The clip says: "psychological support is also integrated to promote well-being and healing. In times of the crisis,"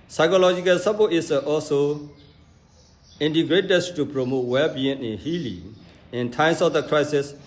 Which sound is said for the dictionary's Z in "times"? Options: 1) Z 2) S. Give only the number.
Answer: 2